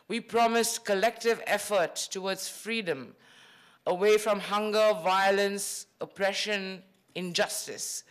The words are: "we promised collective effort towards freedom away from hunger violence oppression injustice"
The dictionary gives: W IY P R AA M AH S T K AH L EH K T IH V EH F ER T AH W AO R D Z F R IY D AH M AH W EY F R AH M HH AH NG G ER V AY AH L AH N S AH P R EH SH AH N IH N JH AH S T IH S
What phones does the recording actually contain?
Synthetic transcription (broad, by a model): W IY P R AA M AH S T K AH L EH K T IH V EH F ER T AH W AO D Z F R IY D AH M AH W EY F R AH M HH AH NG G ER V AY AH L AH N S AH P R EH SH AH N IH N JH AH S T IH S